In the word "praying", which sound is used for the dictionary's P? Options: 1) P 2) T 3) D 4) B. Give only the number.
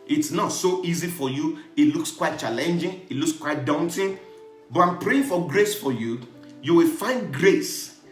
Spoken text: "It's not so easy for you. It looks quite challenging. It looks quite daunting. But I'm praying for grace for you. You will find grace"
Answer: 1